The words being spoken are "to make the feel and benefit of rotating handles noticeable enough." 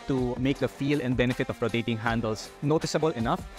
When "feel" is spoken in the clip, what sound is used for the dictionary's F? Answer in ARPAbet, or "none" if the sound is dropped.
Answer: F